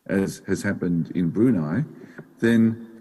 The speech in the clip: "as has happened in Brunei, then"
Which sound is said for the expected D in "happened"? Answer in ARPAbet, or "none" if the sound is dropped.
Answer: D